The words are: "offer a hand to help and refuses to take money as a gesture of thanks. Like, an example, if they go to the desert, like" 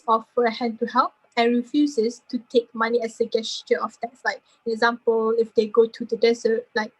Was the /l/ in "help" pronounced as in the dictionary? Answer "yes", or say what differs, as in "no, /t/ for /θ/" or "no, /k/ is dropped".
yes